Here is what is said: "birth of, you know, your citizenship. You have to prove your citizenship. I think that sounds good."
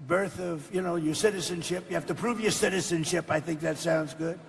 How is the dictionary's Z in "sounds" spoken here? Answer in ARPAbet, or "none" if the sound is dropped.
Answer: Z